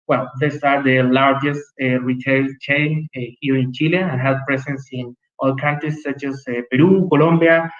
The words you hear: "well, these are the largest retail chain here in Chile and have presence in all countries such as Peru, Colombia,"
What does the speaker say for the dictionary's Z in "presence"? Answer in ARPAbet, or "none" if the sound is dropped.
S